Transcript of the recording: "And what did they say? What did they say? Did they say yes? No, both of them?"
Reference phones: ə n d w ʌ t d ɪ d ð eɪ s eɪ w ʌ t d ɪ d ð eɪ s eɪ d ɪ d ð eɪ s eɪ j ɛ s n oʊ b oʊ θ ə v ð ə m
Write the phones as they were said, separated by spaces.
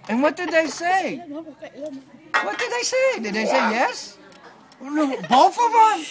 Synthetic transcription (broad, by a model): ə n w ʌ t d ɪ d ð eɪ s eɪ w ʌ t d ɪ d ð eɪ s eɪ d ɪ d ð eɪ s eɪ j ɛ s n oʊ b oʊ f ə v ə